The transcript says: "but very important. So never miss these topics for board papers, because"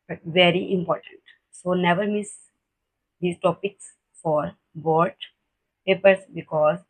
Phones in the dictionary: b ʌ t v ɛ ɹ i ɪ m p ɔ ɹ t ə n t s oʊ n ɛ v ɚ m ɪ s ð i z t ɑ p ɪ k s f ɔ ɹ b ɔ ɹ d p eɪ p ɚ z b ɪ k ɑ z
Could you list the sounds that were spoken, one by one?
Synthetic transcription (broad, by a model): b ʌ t v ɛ ɹ i ɪ m p ɔ ɹ t ə n t s oʊ n ɛ v ɚ m ɪ s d i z t ɑ p ɪ k s f ɔ ɹ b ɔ ɹ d p eɪ p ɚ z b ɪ k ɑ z